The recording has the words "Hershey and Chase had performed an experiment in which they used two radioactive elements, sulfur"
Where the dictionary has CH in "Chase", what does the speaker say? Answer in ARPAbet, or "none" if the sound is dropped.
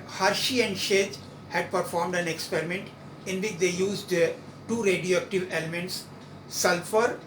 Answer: SH